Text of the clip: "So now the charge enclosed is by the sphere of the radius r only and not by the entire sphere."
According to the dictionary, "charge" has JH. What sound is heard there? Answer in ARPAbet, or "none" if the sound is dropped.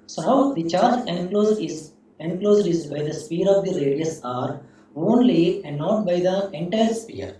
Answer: Z